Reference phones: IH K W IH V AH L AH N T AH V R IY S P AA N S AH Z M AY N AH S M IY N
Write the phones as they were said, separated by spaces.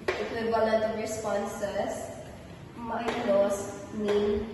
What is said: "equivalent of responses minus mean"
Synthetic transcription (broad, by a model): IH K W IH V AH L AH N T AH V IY S P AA N S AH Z M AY L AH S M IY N